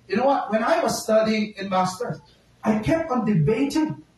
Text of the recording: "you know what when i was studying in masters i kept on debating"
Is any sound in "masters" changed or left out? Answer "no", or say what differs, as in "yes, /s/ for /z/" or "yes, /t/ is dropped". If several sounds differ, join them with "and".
yes, /z/ is dropped